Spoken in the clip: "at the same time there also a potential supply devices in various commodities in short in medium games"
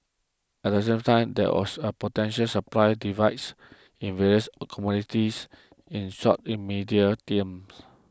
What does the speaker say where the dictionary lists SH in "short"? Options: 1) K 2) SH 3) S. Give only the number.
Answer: 3